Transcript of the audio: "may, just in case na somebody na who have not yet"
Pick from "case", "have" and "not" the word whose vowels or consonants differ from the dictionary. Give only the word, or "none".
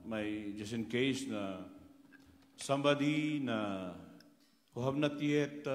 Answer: have